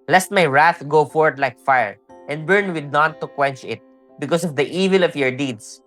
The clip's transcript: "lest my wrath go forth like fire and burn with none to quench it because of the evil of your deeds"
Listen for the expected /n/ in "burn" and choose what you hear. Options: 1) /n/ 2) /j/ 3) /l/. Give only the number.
1